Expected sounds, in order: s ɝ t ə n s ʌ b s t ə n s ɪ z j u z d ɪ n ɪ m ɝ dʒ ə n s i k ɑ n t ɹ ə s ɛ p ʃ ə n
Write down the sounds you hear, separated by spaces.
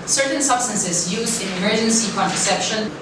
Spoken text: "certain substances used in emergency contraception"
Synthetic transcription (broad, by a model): s ɝ t n s ʌ b s t ə n s ɪ z j u z d ɪ n ɪ m ɝ dʒ ə n s i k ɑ n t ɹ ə s ɛ p ʃ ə n